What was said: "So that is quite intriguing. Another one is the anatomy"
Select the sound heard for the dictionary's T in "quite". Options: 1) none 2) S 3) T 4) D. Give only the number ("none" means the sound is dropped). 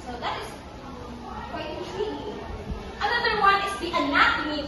1